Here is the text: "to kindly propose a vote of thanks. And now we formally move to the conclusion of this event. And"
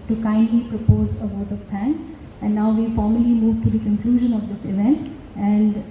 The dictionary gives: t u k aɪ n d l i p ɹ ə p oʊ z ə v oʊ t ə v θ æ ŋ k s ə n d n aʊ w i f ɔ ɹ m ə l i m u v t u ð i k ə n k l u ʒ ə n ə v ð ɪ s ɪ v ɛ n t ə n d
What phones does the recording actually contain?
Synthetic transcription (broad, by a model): t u k aɪ n d l i p ɹ ə p oʊ z ə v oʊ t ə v f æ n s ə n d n aʊ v i f ɔ ɹ m ə l i m u v t u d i k ə n k l u ʒ ə n ə v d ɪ s ɪ v ɛ n t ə n d